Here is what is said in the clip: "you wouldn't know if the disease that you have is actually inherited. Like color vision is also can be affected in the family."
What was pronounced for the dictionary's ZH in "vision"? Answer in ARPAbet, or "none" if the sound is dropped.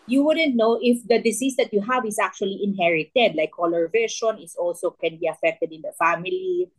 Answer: SH